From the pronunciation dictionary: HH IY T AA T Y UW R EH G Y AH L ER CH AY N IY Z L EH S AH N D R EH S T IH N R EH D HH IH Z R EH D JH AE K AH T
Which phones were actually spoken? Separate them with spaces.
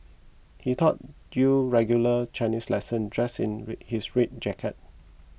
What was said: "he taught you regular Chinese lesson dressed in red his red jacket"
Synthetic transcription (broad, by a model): HH IY T AA T Y UW R EH G Y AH L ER CH AY N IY S L EH S AH N D R EH S IH N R HH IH S R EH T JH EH K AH T